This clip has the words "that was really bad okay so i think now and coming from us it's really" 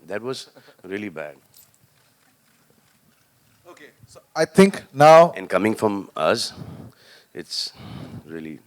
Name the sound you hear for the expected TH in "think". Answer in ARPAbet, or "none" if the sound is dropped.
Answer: T